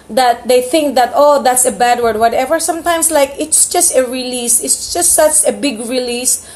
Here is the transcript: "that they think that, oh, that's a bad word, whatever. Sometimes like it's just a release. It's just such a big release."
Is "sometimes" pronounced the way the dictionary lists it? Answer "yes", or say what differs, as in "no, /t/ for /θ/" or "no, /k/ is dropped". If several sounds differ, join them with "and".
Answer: no, /s/ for /z/